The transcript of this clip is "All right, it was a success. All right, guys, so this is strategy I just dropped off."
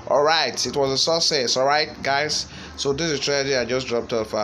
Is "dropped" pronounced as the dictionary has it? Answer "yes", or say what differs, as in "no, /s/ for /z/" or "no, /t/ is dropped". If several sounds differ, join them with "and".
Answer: yes